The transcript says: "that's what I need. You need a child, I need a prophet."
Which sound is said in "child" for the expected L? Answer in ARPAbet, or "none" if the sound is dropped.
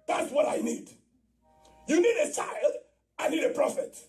L